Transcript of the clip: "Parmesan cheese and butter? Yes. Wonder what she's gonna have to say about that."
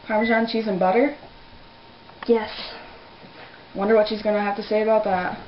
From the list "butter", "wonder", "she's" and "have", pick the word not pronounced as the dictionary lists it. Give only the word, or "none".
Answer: have